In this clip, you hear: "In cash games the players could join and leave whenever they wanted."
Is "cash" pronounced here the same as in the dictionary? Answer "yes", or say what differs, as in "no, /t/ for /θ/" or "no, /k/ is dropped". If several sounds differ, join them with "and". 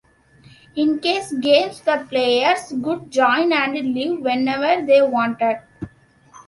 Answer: no, /s/ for /ʃ/